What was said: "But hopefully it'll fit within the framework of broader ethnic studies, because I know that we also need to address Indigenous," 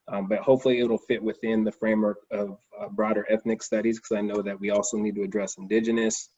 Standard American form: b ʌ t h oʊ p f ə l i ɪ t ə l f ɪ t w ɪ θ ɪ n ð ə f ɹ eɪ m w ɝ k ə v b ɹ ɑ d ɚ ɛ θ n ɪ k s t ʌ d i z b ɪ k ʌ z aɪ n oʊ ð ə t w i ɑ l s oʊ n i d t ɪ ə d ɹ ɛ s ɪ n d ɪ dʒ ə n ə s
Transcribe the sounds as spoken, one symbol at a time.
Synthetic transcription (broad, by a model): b ʌ t h oʊ p f l i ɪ t l f ɪ t w ɪ θ ɪ n ð ə f ɹ eɪ m w ɝ k ə v b ɹ ɑ d ɚ ɛ θ n ɪ k s t ʌ d i z k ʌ z aɪ n oʊ ð ə t w i ɑ l s oʊ n i d t ɪ ə d ɹ ɛ s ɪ n d ɪ dʒ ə n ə s